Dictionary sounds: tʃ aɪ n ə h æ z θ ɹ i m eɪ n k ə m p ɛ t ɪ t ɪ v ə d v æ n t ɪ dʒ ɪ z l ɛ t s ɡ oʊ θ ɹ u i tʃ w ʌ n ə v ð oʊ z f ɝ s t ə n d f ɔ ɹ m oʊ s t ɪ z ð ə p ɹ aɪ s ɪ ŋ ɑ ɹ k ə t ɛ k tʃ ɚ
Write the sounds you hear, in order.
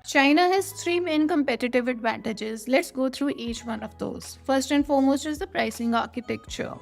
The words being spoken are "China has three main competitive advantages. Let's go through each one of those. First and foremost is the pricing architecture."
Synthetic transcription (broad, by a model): tʃ aɪ n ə h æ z t ɹ i m eɪ n k ə m p ɛ t ɪ t ɪ v ə d v æ n t ɪ dʒ ɪ z l ɛ t s ɡ oʊ t ɹ u i tʃ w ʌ n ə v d oʊ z f ɝ s t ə n f ɔ ɹ m oʊ s t ɪ z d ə p ɹ aɪ s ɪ ŋ ɑ ɹ k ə t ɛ k tʃ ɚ